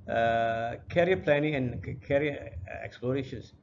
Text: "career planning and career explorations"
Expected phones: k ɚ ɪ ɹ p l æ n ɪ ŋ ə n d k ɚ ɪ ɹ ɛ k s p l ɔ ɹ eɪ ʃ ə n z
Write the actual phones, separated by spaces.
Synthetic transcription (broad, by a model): k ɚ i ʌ p l æ n ɪ ŋ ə n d k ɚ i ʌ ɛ k s p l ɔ ɹ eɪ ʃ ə n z